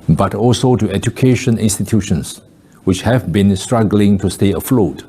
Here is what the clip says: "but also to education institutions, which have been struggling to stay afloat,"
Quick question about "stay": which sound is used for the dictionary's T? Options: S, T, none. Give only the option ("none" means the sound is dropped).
T